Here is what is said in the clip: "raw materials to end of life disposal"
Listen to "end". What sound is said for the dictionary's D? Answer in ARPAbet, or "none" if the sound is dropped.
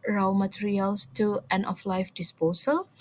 none